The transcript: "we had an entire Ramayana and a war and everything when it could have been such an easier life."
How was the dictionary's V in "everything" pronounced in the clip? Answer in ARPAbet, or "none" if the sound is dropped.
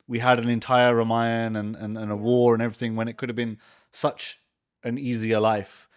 V